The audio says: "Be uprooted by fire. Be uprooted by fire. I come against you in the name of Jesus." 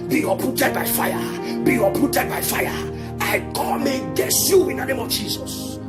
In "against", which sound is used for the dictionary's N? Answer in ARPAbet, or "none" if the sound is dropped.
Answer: none